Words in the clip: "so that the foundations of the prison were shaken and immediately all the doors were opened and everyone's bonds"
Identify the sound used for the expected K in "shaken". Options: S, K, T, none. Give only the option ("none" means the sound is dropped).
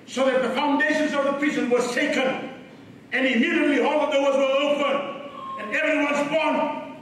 K